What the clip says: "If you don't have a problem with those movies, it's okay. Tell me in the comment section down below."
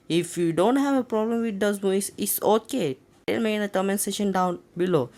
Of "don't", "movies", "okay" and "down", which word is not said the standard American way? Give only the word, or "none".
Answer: movies